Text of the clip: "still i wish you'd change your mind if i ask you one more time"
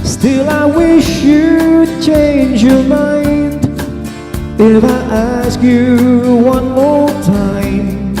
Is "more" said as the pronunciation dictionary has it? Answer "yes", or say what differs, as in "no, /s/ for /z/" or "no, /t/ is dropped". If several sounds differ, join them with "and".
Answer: no, /l/ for /ɹ/